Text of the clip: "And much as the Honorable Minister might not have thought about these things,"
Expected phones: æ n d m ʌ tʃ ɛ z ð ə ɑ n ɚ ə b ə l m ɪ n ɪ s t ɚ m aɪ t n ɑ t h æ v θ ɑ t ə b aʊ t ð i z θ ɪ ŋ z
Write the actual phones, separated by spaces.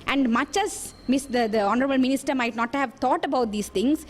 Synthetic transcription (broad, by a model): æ n d m ʌ tʃ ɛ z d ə ɑ n ɚ ə b ə l m ɪ n ɪ s t ɚ m aɪ t n ɑ t h æ v t ɑ t ə b aʊ t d i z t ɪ ŋ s